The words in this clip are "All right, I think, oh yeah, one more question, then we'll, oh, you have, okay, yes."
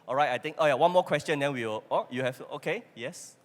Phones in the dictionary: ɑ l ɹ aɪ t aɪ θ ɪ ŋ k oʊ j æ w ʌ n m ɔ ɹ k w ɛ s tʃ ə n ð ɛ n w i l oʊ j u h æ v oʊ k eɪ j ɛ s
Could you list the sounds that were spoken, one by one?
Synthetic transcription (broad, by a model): ɑ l ɹ aɪ t aɪ t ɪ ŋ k oʊ j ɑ w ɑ n m ɔ k w ɛ s tʃ ə n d ɛ n w i w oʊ j u h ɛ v oʊ k eɪ j ɛ s